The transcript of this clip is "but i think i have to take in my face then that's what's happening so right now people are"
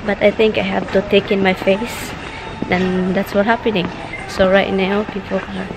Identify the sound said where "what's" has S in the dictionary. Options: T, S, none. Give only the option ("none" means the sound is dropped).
none